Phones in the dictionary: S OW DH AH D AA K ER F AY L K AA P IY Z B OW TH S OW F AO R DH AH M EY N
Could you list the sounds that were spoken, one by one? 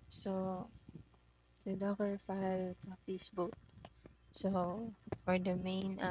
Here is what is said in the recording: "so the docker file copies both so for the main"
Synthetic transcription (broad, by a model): S OW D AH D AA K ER F AY L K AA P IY S B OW T S OW F AO R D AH M EY N